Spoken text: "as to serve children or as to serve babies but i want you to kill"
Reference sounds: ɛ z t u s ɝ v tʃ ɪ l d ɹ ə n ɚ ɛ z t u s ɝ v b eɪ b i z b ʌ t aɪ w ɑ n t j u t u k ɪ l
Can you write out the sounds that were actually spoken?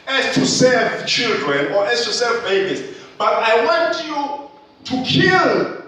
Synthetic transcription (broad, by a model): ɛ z t u s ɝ v tʃ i l d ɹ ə n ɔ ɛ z t u s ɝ v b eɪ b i s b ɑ t aɪ w ɑ n t j u t u k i l